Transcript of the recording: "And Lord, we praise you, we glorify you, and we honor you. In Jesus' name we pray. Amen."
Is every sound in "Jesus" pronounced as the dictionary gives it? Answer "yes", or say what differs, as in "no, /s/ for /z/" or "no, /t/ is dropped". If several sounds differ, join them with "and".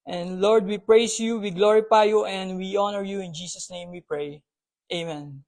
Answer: no, /s/ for /z/